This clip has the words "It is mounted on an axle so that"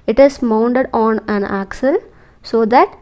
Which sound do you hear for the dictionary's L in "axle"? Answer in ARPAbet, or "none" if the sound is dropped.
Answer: L